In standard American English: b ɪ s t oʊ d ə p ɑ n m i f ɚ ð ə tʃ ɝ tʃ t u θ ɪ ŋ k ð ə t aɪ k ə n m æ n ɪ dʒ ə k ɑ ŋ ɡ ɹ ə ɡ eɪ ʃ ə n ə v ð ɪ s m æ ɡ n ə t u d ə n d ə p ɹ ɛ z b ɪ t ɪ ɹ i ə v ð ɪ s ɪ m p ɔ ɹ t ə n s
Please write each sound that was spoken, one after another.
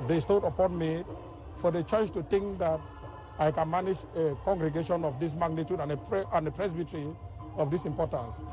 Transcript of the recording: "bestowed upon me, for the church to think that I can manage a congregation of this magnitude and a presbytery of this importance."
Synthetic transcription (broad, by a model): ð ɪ s t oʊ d ə p ɑ n m i f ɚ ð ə tʃ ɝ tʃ t u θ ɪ ŋ k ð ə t aɪ k ə n m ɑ n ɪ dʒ ə k ɑ ŋ ɡ ɹ ə ɡ eɪ ʃ ə n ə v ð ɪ s m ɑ ɡ n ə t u d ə n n ə p ɹ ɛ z b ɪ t ɹ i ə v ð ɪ s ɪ m p ɔ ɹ t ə n s